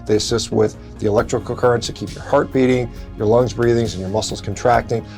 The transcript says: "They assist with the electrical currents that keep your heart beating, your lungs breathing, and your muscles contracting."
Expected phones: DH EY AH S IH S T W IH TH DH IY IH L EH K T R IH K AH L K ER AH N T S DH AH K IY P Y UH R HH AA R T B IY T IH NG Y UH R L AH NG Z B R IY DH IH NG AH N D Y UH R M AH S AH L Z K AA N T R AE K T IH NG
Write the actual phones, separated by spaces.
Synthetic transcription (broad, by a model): DH EY AH S IH S T W IH DH IY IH L EH K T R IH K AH K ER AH N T S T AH K IY P Y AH R HH AA R T B IY T IH NG Y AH R L AH NG Z B R IY DH IH NG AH N Y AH R M AH S L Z K N T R AE K T IH NG